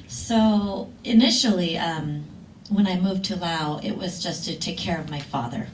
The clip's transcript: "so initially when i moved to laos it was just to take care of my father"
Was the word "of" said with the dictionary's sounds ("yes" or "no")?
yes